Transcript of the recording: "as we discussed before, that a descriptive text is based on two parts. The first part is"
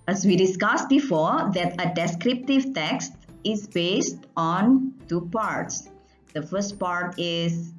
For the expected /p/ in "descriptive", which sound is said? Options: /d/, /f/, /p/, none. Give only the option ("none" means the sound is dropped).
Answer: /p/